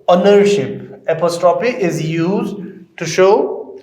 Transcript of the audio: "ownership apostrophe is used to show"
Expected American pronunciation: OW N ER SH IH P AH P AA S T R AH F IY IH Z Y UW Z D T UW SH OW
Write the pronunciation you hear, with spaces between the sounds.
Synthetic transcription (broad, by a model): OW N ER SH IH P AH P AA S T R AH P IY IH Z Y UW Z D T UW SH OW